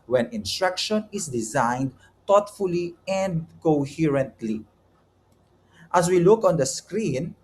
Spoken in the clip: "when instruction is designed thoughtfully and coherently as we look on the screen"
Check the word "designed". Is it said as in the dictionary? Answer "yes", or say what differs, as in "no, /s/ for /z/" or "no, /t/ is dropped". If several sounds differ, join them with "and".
yes